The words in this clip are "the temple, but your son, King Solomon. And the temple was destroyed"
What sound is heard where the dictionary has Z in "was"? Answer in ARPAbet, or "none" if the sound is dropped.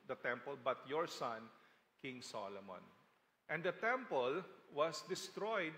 S